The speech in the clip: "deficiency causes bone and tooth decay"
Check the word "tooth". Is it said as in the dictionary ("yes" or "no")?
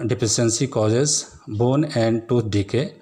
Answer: no